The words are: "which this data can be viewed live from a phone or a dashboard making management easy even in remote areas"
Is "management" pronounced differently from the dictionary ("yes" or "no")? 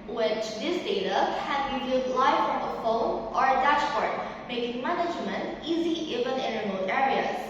no